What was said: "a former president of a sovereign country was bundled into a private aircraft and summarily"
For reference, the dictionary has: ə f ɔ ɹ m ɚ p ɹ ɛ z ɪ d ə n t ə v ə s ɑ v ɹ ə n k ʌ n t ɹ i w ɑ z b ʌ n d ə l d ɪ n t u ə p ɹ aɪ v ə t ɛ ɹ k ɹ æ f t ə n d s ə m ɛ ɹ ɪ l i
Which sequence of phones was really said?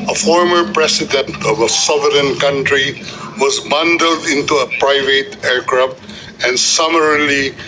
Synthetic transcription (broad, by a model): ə f ɔ ɹ m ɚ p ɹ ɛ s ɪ d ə n t ə v ə s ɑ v ɹ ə n k ʌ n t ɹ i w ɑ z b ʌ n d ə l d ɪ n t u ə p ɹ aɪ v ə t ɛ ɹ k ɹ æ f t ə n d s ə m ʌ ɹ l i